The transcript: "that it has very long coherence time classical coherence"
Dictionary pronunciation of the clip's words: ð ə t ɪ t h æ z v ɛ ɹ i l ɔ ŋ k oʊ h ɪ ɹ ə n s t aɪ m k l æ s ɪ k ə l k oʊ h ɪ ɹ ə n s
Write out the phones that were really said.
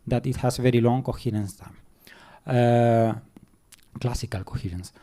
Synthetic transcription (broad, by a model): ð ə t ɪ t h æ s v ɛ ɹ i l ɔ ŋ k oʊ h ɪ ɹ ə n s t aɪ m k l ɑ s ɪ k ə l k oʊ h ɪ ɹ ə n s